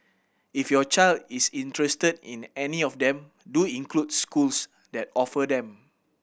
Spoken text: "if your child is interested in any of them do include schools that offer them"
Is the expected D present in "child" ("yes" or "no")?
yes